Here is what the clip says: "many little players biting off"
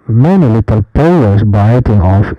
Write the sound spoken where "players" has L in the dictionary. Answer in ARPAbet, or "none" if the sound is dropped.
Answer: none